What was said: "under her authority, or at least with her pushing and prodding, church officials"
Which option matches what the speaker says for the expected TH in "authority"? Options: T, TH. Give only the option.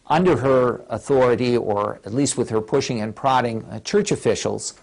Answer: TH